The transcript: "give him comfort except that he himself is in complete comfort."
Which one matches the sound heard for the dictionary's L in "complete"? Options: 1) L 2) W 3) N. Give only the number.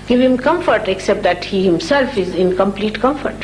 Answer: 1